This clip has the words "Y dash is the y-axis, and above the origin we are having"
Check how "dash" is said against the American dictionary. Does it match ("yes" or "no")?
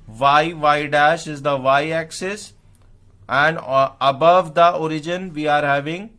yes